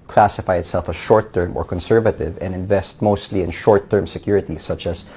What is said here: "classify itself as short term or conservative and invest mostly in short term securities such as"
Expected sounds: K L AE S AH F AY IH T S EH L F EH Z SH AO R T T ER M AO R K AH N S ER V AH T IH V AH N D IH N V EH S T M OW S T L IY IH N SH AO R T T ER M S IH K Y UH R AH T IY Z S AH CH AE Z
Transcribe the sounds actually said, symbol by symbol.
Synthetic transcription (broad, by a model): K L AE S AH F AY IH T S EH L F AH SH AO R T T ER M AO R K AH N S ER V AH T IH V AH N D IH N V EH S T M OW S T L IY IH N SH AO R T T ER M S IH K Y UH R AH T IY S AH CH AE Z